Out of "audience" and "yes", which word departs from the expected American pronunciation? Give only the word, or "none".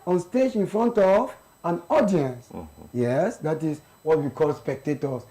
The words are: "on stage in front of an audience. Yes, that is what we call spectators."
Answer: none